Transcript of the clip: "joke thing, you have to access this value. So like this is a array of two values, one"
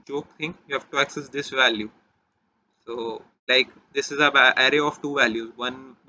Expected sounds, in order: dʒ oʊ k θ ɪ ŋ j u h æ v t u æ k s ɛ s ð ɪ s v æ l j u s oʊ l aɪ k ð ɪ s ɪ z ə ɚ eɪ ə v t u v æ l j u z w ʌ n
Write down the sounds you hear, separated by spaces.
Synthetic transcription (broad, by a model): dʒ oʊ k t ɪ ŋ j u h æ v t u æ k s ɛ s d ɪ s v æ l j u s oʊ l aɪ k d ɪ s ɪ z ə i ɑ ə v t u v æ l j u z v ʌ n